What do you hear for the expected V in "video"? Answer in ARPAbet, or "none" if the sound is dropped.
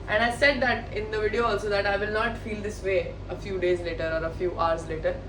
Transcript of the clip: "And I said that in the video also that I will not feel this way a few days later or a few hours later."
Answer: V